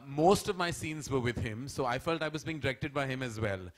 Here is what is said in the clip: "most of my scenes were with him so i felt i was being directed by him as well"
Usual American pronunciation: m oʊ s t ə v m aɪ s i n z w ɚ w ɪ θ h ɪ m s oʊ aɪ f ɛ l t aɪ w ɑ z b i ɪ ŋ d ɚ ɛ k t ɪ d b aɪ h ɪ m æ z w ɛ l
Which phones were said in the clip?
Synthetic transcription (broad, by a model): m oʊ s t ə v m aɪ s i n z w ɚ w ɪ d h ɪ m s oʊ aɪ f ɛ l t aɪ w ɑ z b i ɪ ŋ d ɚ ɛ k t ɪ d b aɪ h ɪ m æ z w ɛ l